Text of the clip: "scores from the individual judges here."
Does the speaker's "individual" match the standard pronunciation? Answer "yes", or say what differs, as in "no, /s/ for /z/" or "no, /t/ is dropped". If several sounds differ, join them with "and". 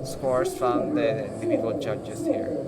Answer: no, /n/ is dropped